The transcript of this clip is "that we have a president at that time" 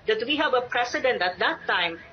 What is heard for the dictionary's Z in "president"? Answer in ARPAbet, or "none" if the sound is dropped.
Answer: S